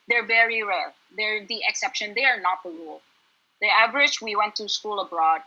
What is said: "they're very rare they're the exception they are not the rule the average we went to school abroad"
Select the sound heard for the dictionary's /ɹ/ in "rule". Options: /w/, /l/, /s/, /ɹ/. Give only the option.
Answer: /w/